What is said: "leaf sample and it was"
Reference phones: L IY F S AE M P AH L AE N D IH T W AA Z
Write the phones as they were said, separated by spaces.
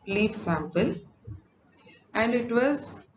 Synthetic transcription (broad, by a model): L IY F S AE M P AH L AE N D IH T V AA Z